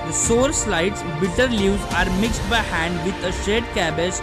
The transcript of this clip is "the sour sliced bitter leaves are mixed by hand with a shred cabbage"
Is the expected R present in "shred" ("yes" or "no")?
no